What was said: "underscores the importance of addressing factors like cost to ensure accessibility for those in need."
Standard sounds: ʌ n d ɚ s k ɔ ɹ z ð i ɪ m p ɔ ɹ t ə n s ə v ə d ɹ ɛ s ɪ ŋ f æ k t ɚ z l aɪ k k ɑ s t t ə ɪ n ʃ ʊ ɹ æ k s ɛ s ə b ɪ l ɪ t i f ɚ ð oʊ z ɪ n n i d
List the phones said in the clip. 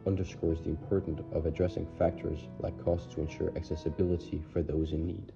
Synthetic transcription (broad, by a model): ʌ n d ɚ s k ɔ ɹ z ð i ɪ m p ɔ ɹ t n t ə v ə d ɹ ɛ s ɪ ŋ f æ k t ɚ z l aɪ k k ɑ s t t ə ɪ n ʃ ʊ ɹ æ k s ɛ s ə b ɪ l ɪ t i f ɚ ð oʊ z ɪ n n i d